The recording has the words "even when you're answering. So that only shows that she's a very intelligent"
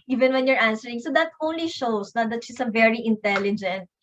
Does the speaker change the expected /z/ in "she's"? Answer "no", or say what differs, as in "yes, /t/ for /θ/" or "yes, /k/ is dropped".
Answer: yes, /s/ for /z/